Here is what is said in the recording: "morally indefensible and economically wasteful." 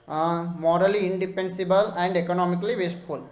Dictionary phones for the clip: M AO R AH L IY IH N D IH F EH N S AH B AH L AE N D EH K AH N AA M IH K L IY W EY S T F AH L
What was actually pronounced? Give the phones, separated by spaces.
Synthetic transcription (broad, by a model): M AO R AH L IY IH N D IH P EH N S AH B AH L AE N D EH K AH N AA M IH K L IY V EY S T F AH L